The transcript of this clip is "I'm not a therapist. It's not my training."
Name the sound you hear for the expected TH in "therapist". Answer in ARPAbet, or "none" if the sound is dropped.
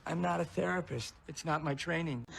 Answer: TH